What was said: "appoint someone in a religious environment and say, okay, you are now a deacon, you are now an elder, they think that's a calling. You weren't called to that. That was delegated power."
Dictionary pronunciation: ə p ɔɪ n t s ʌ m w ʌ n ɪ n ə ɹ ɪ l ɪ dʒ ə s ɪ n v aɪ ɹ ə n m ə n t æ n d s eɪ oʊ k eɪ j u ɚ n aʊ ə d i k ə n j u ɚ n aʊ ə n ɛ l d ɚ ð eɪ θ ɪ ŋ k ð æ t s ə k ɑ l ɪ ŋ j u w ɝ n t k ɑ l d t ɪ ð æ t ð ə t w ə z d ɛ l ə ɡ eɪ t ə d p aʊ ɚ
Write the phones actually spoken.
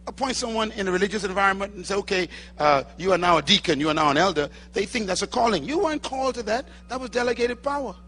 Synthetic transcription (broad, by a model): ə p ɔɪ n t s ʌ m w ʌ n ɪ n ə ɹ ɪ l ɪ dʒ ə s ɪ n v aɪ ɹ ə n m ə n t n s eɪ oʊ k eɪ j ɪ ɚ n aʊ ə d i k ə n j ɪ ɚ n aʊ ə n ɛ l d ɚ ð eɪ θ ɪ ŋ k ð æ t s ə k ɑ l ɪ ŋ j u w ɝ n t k ɑ l t ɪ ð æ t ð ə t w ə z d ɛ l ə ɡ eɪ t ə d p aʊ ɚ